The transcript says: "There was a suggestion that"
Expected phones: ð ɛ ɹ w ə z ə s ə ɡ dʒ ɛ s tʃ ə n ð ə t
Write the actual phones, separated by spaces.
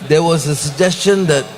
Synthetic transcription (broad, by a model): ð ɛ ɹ w ə z ə s ə ɡ dʒ ɛ s tʃ ə n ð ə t